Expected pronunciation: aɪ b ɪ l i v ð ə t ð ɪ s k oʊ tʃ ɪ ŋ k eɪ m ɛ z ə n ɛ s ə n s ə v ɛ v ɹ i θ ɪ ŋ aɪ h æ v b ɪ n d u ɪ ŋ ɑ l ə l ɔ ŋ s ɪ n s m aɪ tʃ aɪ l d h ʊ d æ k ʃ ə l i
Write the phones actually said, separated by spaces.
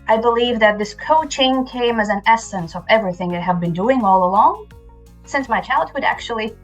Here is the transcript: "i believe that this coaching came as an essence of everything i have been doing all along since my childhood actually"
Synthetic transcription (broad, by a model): aɪ b ɪ l i v ð ə t ð ɪ s k oʊ tʃ ɪ ŋ k eɪ m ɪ z ə n ɛ s ə n s ə v ɛ v ɹ i θ ɪ ŋ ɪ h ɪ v b ɪ n d u ɪ ŋ ɑ l ə l ɔ ŋ s ɪ n s m aɪ tʃ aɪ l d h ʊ d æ k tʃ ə l i